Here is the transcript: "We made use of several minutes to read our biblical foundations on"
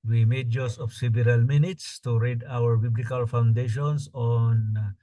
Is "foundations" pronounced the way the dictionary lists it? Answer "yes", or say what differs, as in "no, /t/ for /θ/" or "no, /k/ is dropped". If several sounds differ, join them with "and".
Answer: no, /s/ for /z/